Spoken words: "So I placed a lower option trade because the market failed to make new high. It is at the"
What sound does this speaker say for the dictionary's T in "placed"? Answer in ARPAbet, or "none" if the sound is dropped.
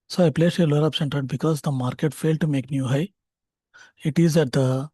none